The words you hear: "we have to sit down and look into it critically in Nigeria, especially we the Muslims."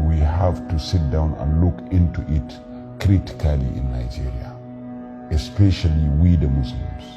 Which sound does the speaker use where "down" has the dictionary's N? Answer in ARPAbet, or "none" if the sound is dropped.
N